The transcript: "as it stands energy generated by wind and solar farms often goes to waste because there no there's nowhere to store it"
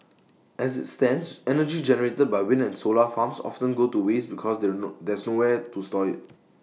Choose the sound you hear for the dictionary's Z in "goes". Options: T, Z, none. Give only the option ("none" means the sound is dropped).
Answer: none